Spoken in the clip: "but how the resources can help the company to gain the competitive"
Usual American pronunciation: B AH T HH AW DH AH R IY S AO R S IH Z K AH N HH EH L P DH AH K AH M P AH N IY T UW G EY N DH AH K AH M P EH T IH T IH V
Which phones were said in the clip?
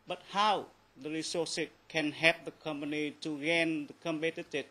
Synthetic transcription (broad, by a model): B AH T HH AW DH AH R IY S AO S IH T K AH N HH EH P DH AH K AH M P AH N IY T UW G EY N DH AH K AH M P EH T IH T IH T